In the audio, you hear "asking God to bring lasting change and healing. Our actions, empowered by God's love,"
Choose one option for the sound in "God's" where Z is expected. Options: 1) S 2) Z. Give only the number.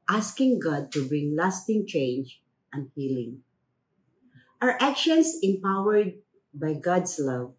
1